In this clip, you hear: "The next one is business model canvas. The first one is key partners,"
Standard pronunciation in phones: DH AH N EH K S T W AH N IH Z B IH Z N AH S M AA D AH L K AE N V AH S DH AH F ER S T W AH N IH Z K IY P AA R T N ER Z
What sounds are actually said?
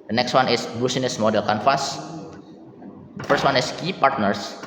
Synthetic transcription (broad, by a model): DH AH N EH K S T W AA N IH S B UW S N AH S M AA D AH L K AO N F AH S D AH F ER S T W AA N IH S K IY P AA R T N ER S